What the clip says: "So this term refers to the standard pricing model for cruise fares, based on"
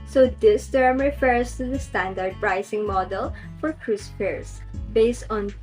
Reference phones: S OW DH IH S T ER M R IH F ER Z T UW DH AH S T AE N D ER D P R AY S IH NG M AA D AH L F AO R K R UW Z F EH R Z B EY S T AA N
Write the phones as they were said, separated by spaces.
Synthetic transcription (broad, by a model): S OW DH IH S T ER M R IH F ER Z T UW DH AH S T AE N D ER D P R AY S IH NG M AA D AH L F AO R K R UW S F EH R S B EY S T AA N